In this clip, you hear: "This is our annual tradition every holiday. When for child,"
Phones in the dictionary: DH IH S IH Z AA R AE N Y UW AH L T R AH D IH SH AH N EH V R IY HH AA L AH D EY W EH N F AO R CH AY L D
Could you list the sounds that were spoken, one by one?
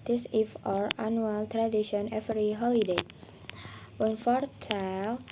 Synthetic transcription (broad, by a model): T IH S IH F AA R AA N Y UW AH L T R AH D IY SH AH N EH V R IY HH AA L AH D EY W EH N F AO R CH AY L